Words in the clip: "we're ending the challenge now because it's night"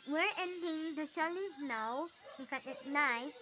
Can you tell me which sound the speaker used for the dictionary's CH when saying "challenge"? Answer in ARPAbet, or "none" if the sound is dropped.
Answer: SH